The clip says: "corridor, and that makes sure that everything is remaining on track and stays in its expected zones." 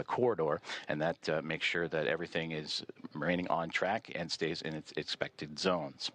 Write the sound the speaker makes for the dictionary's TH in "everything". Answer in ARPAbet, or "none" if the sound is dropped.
TH